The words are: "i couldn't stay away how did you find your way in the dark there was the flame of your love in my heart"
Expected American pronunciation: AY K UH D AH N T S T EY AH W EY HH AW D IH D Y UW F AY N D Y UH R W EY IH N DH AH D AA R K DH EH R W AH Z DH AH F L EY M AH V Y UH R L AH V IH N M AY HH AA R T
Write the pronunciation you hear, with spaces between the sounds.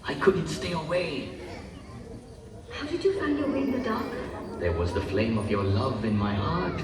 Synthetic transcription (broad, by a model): AY K UH D N T S T EY AH W EY HH AW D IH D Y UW F AY N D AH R W EY IH N DH AH D AA R K DH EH R W AH Z DH AH F L EY M AH V Y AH R L AH V IH N M AY HH AA R T